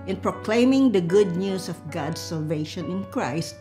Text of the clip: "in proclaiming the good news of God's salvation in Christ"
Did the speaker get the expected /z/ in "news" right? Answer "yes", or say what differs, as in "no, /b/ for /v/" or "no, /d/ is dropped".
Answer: no, /s/ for /z/